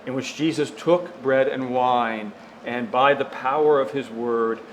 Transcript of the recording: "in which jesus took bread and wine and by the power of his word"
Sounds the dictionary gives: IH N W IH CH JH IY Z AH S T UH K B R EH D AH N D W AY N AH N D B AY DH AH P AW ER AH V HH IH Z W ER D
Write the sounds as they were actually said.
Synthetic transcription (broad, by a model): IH N W IH CH JH IY Z AH S T UH K B R EH D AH N W AY N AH N B AY DH AH P AW ER AH V IH Z W ER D